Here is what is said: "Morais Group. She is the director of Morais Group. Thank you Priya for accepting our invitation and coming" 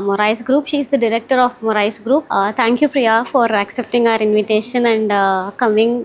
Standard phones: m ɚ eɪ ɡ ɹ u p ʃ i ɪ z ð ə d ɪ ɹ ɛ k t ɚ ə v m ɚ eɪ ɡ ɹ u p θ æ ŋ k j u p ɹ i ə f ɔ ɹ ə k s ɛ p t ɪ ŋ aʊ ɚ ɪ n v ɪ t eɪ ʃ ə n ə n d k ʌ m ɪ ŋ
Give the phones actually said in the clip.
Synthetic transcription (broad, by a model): m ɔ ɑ ɡ ɹ u p ʃ i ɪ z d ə d ɪ ɹ ɛ k t ɚ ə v m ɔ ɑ ɡ ɹ u p t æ ŋ k j u p ɹ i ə f ɔ ɹ ə k s ɛ p t ɪ ŋ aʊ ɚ ɪ n v ɪ t eɪ ʃ ə n ə n d k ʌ m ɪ ŋ